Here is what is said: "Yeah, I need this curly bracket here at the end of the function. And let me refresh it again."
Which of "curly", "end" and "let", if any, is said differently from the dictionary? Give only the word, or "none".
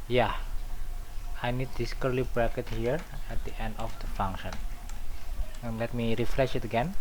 none